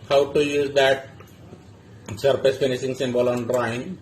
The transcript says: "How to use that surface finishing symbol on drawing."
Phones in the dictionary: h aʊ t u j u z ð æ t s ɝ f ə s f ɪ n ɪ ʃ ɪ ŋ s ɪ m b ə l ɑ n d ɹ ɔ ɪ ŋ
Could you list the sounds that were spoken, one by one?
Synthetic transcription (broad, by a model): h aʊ t u j u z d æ t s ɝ p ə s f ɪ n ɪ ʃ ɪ ŋ s ɪ m b ə l ɑ n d ɹ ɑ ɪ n